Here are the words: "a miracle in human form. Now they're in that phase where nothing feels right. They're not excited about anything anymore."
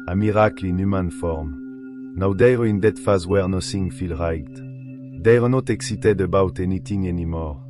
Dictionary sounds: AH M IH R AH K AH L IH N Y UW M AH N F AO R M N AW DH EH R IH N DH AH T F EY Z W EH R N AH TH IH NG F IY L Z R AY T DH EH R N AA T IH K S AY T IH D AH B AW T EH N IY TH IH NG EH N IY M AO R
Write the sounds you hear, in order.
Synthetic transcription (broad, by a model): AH M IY R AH K L IH N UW M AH N F AO R M N AW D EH R IH N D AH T F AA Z W EH R N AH S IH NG F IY L R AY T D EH R N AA T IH K S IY T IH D AH B AW T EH N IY T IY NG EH N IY M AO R